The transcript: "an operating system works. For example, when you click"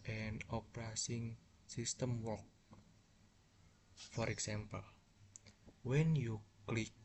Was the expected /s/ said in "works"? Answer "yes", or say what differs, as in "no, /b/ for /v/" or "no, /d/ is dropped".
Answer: no, /s/ is dropped